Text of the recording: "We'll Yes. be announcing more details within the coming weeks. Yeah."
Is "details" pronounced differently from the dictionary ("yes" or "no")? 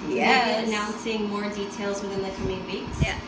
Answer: no